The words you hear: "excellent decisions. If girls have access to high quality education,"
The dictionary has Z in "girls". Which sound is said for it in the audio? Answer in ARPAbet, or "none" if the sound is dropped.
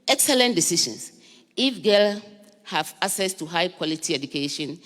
none